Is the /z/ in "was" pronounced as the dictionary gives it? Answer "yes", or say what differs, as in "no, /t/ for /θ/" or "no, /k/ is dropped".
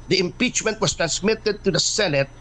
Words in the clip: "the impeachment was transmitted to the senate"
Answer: no, /s/ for /z/